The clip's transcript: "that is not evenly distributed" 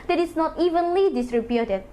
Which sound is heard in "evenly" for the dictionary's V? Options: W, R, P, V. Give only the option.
V